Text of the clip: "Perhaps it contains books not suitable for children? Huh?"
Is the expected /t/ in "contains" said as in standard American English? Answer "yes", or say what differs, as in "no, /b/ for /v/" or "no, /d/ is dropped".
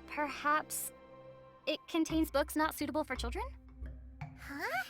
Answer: yes